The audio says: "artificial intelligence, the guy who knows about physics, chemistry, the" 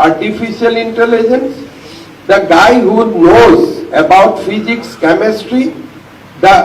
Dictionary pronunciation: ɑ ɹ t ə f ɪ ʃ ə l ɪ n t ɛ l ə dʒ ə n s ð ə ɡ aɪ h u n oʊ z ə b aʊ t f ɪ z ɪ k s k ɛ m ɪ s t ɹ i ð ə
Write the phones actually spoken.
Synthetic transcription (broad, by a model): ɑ ɹ t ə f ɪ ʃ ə l ɪ n t ɛ l ə dʒ ə n s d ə ɡ aɪ h u n oʊ z ə b aʊ t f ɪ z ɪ k s k ɛ m ɪ s t ɹ i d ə